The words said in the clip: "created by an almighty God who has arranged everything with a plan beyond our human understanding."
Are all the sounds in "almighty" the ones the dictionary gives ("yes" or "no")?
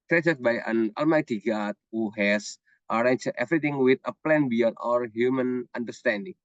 yes